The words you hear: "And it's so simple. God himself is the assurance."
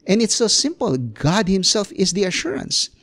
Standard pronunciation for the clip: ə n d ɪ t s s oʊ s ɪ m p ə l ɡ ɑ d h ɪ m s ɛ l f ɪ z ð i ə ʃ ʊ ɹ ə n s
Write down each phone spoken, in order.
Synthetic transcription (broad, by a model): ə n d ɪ t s s oʊ s ɪ m p ə l ɡ ɑ d h ɪ m s ɛ l f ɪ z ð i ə ʃ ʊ ɹ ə n s